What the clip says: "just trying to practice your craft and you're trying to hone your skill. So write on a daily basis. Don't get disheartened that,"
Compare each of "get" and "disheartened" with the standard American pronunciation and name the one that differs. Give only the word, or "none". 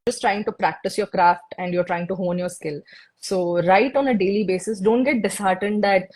none